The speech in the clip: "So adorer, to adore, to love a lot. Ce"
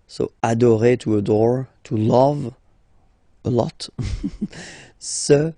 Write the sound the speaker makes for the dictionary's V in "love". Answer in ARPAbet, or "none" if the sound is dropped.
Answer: V